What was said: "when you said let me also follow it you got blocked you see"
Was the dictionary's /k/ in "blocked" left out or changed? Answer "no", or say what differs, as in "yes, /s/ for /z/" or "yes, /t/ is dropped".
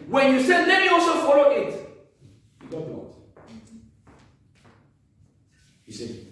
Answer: yes, /k/ is dropped